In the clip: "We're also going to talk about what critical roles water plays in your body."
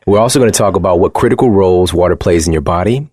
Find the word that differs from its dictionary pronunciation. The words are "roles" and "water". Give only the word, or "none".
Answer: none